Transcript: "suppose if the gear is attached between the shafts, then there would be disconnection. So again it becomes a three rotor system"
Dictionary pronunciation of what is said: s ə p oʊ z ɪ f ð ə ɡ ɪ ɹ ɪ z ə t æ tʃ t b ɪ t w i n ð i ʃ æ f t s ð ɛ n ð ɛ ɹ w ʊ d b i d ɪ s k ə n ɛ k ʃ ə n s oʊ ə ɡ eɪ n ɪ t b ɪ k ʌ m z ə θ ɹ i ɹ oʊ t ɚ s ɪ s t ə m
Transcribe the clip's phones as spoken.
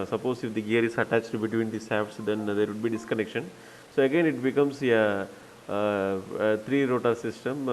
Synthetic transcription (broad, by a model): s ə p oʊ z ɪ f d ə ɡ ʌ ɹ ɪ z ə t æ tʃ t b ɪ t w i n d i s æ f s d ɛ n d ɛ ɹ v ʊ d b i d ɪ s k ə n ɛ k ʃ ə n s oʊ ə ɡ eɪ n ɪ t b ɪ k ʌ m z ə t ɹ i ɹ oʊ t ɚ s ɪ s t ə m